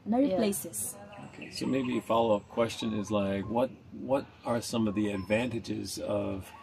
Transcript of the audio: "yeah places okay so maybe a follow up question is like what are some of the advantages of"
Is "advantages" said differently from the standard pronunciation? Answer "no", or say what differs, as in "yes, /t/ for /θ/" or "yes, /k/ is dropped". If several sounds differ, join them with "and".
no